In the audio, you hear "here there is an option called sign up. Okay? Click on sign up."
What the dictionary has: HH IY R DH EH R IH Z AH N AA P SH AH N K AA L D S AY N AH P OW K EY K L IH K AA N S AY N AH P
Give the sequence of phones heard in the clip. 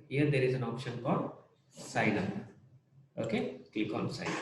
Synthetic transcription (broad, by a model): HH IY R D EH R IH Z AH N AA P SH AH N K AA L D S AY N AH OW K EY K EH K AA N S AY N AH